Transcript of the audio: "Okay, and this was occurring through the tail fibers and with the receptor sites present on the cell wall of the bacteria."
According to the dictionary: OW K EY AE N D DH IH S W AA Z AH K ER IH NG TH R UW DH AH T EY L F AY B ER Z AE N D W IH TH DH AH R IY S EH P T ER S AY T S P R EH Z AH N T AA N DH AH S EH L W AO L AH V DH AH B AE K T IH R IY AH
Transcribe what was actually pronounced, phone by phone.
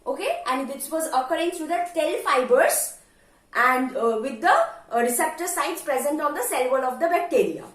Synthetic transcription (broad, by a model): OW K EY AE N D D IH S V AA Z AH K ER IH NG T R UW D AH T EY L F AY B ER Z AE N D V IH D AH R IY S EH P T ER S AY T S P R EH Z AH N T AA N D AH S EH L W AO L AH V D AH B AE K T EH R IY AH